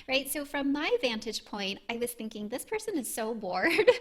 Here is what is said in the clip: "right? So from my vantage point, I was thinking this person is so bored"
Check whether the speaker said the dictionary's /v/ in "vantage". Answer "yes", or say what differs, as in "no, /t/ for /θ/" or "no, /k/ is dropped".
yes